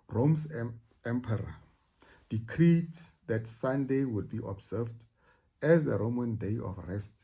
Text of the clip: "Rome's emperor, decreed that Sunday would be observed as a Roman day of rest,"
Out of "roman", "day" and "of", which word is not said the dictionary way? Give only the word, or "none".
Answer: of